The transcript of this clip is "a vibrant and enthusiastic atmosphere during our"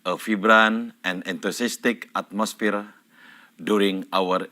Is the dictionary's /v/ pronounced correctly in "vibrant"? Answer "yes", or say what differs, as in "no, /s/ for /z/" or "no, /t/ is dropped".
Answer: no, /f/ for /v/